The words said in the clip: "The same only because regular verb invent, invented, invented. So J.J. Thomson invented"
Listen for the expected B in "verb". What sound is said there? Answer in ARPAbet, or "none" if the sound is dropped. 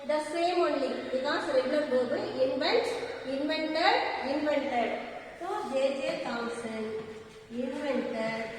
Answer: none